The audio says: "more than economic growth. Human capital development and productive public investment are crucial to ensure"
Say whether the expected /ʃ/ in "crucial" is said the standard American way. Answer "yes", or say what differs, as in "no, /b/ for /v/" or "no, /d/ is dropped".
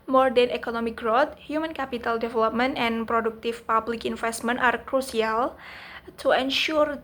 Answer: no, /s/ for /ʃ/